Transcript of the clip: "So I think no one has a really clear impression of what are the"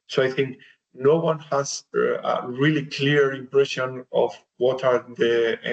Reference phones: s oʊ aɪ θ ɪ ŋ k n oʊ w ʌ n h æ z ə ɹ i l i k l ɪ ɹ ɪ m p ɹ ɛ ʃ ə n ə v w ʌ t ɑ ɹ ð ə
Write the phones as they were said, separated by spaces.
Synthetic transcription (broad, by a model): s oʊ aɪ θ ɪ ŋ k n oʊ w ʌ n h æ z ə ɹ i l i k l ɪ ɹ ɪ m p ɹ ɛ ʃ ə n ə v w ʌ t ɑ ɹ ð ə